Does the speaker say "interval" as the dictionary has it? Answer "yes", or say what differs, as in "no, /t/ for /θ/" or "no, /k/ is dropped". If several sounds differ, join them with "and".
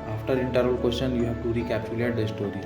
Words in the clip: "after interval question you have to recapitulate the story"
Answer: no, /v/ is dropped